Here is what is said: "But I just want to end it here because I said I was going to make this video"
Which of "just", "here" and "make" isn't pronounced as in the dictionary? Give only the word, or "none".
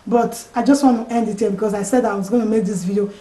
here